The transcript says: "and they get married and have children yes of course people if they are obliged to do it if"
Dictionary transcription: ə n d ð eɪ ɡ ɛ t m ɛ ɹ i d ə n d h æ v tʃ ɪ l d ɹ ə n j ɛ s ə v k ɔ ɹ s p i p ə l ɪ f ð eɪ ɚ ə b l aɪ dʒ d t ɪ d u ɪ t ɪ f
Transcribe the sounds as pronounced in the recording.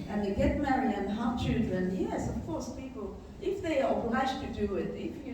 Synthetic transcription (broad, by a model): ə n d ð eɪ ɡ ɛ t m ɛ ɹ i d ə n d h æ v tʃ ɪ l d ɹ ə n j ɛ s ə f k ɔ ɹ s p i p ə l ɪ f ð eɪ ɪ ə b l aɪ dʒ t ɪ d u ɪ t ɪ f